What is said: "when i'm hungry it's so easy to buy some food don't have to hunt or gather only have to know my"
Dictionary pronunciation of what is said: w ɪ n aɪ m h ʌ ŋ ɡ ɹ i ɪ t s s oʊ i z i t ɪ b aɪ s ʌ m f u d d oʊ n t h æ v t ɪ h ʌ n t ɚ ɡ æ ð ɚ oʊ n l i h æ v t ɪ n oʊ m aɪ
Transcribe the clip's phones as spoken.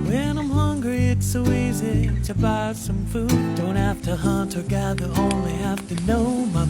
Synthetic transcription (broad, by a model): w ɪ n aɪ m h ʌ ŋ ɡ ɹ i ɪ t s s oʊ i z i t ɪ b aɪ s ʌ m f u d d oʊ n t h æ f t ɪ h ʌ n t ɚ ɡ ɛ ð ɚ oʊ n l i h æ f t ɪ n oʊ m aɪ